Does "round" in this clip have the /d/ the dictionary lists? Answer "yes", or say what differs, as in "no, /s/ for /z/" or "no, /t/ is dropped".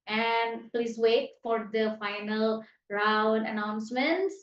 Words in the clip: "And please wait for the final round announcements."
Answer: yes